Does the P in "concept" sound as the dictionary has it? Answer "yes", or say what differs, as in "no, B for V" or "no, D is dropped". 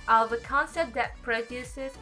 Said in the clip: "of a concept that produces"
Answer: no, P is dropped